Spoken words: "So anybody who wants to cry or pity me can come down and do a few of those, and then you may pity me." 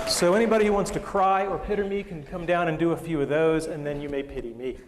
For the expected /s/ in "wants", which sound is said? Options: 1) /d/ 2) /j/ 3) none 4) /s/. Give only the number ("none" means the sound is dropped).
4